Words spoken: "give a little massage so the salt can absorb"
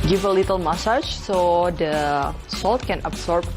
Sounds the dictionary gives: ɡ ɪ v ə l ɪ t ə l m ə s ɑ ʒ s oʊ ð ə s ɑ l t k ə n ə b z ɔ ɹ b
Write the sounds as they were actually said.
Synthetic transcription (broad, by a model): ɡ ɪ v ə l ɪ t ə l m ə s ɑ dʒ s oʊ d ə s ɑ l t k ə n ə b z ɔ ɹ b